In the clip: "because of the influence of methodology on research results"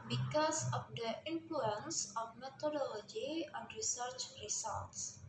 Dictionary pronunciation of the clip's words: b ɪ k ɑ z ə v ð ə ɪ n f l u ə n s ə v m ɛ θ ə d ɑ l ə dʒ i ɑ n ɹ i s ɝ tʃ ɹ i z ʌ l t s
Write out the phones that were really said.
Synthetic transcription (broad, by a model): b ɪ k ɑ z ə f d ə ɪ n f l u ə n s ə f m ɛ t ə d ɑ l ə dʒ i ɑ n ɹ i s ɝ tʃ ɹ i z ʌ l t s